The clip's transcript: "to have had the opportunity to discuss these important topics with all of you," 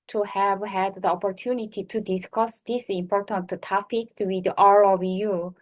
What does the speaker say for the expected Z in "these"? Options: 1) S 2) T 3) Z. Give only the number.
1